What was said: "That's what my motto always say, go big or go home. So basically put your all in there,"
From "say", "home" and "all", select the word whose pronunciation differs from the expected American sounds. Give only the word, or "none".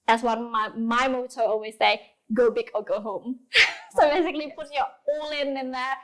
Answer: all